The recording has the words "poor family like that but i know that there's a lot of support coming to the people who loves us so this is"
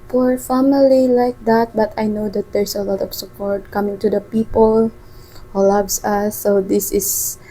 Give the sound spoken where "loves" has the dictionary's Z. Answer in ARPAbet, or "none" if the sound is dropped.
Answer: S